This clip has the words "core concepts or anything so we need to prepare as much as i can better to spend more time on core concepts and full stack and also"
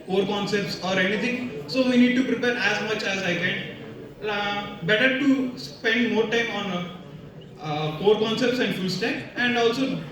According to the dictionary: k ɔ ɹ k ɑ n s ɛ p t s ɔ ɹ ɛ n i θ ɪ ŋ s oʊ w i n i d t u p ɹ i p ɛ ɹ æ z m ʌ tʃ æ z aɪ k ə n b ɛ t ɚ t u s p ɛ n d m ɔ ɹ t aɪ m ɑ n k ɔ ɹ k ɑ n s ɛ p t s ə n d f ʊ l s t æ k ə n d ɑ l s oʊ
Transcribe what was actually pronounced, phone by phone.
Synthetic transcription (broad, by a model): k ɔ ɹ k ɑ n s ɛ p t s ɔ ɹ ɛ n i t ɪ ŋ s oʊ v i n i d t u p ɹ i p ɛ ɹ æ z m ʌ tʃ æ z aɪ k ə n b ɛ t ɚ t u s p ɛ n d m ɔ ɹ t aɪ m ɑ n k ɔ ɹ k ɑ n s ɛ p t s ə n d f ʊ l s t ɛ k ə n d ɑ l s oʊ